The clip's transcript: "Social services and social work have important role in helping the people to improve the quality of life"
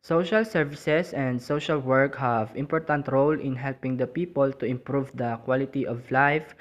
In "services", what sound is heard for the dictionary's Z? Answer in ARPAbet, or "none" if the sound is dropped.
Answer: S